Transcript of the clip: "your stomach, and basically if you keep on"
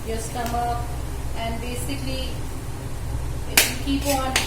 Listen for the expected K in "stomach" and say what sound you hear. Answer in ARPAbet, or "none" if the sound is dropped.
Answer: none